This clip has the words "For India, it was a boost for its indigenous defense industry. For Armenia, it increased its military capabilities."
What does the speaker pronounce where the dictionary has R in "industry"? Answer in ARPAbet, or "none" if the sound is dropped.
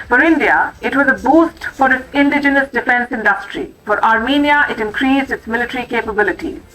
R